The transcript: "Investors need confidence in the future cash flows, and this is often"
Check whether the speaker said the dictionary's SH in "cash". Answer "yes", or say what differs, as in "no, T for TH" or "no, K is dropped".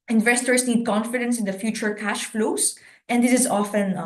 yes